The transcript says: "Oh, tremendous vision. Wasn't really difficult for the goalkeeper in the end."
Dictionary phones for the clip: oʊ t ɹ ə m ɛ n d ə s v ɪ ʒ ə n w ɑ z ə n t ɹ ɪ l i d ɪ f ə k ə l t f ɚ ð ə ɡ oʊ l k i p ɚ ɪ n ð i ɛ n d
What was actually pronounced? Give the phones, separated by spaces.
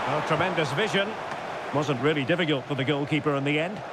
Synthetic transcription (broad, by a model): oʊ t ɹ ə m ɛ n d ə s v ɪ ʒ ə n w ɑ z ə n t ɹ ɪ l i d ɪ f ə k ə l t f ɚ ð ə ɡ oʊ l k i p ɚ ɪ n ð i ɛ n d